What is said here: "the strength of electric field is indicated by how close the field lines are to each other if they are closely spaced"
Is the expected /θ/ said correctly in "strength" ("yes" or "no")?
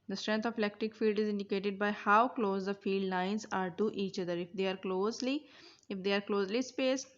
no